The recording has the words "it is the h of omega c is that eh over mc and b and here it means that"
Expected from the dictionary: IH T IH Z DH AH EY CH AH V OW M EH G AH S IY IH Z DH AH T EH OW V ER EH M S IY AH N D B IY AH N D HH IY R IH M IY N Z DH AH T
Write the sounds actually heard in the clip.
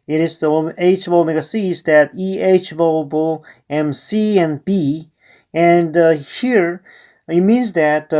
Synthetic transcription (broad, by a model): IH T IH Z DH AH EY CH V OW M EH G AH S IY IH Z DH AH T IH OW B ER EH M S IY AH N B IY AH N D HH IY R IH M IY N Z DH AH T